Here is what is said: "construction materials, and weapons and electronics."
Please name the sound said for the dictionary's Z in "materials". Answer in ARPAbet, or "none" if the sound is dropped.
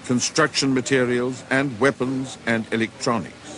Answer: Z